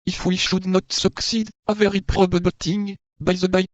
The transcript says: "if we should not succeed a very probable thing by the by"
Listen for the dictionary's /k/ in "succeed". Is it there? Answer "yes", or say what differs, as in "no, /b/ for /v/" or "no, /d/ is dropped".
yes